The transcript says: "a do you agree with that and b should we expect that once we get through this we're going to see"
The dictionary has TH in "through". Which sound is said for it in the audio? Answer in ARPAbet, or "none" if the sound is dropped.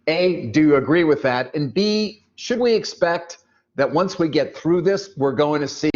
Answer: TH